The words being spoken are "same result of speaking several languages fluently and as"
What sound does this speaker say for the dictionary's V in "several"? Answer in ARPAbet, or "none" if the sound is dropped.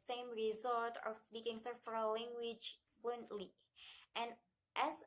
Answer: F